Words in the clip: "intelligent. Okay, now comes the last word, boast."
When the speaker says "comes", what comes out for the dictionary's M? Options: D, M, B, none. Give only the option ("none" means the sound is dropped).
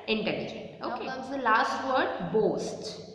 none